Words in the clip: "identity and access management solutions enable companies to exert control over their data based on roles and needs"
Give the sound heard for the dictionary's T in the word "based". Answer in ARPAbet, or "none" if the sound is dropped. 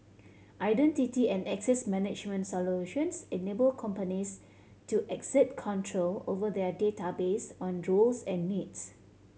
none